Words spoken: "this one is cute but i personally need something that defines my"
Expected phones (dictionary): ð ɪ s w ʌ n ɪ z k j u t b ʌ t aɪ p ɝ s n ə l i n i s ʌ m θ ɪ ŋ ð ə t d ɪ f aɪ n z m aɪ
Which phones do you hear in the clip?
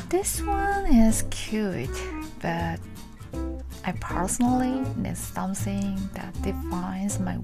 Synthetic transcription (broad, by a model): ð ɪ s w ʌ n ɪ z k j u t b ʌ t aɪ p ɝ s n l i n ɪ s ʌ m s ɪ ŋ ð ə t d ɪ f aɪ n z m aɪ